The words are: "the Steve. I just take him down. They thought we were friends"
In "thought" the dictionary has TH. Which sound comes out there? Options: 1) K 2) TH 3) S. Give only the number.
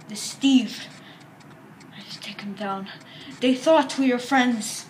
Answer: 2